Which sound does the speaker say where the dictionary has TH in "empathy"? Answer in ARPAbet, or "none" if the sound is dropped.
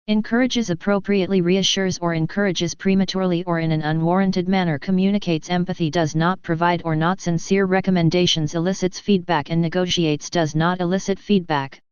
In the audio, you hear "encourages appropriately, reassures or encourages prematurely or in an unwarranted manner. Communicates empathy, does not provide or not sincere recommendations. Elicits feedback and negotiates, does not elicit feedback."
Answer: TH